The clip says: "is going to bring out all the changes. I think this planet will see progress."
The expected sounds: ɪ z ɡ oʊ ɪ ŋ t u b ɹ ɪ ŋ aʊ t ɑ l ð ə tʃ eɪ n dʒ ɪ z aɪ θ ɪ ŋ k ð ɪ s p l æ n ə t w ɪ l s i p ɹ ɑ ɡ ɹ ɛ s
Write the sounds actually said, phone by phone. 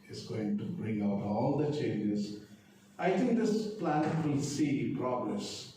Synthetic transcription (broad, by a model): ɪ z ɡ oʊ ɪ ŋ t u b ɹ ɪ ŋ aʊ t ɑ l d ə tʃ eɪ n dʒ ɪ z aɪ t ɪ ŋ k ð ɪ s p l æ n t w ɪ l s i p ɹ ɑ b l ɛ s